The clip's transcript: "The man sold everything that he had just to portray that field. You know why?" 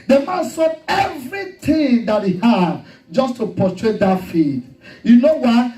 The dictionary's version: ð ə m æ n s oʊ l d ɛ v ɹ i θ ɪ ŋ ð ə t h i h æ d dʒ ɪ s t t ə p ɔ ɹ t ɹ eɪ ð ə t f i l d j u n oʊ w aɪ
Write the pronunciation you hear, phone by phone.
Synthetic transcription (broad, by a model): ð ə m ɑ n s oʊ d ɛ v ɹ i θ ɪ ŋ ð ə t h i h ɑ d dʒ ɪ s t t ə p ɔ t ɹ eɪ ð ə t f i d j u n oʊ w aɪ